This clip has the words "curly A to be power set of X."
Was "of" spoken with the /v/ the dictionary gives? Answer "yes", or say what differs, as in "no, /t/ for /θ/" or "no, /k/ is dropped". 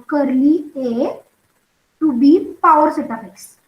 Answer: no, /p/ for /v/